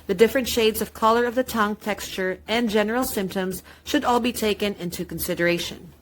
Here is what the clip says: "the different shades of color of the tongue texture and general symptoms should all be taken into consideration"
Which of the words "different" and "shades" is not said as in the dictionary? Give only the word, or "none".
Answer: none